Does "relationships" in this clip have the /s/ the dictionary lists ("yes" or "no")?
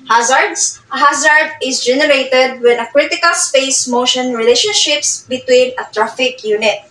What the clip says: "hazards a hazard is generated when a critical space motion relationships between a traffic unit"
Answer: yes